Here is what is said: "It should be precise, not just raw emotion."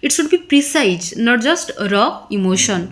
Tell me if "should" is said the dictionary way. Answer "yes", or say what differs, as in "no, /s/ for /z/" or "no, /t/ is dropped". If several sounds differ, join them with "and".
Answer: no, /s/ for /ʃ/